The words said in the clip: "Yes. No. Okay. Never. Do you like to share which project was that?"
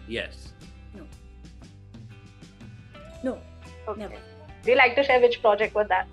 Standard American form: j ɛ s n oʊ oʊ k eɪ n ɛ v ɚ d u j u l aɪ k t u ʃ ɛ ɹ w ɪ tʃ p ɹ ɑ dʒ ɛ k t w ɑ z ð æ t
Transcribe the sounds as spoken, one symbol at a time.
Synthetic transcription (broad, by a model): j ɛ s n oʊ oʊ ɔ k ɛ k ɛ d u j u l aɪ k t u ʃ ɛ ɹ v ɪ tʃ p ɹ ɑ dʒ ɛ k t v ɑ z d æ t